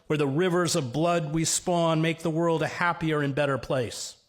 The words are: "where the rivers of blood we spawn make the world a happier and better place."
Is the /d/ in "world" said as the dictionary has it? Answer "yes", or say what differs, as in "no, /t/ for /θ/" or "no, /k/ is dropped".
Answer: yes